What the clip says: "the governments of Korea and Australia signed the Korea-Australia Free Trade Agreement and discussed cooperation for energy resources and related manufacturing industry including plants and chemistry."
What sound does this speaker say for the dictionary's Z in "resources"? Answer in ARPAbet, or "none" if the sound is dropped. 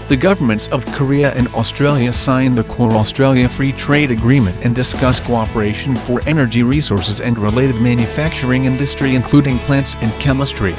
Z